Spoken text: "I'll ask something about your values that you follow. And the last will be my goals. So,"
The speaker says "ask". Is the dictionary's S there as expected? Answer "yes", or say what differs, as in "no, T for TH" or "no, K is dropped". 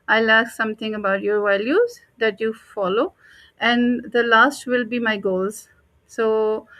no, S is dropped